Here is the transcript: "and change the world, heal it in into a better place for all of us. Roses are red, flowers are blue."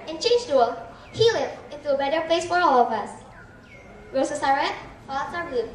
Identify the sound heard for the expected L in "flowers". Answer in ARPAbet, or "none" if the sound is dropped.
none